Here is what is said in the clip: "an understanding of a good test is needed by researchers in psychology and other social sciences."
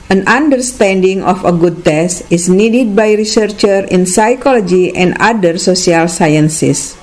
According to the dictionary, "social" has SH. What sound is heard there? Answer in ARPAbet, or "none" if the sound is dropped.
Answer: S